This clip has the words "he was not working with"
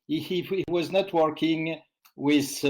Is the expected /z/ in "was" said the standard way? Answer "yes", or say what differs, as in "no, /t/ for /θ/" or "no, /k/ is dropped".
yes